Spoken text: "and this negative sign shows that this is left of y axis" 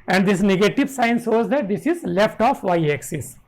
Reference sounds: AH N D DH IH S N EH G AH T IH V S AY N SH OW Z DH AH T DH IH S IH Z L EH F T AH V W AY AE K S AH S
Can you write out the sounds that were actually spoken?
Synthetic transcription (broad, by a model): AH N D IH S N EH G AH T IH V S AY N S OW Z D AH T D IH S IH Z L EH F T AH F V AY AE K S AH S